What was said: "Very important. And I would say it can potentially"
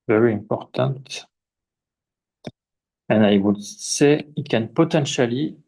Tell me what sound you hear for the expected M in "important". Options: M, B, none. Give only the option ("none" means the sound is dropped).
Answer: M